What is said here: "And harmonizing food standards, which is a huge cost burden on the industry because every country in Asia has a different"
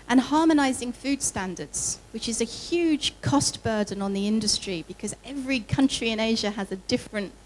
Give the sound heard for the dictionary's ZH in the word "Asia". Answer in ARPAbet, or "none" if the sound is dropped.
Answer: ZH